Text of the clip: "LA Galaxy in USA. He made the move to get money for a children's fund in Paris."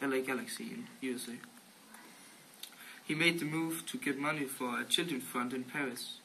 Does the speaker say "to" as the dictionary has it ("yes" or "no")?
yes